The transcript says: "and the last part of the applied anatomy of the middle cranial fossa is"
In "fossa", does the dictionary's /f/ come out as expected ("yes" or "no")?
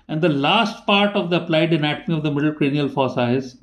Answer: yes